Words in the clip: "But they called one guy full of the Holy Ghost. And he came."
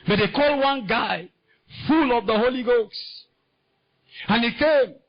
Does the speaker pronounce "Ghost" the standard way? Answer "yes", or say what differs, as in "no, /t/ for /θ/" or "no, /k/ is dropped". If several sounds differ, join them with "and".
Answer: no, /t/ is dropped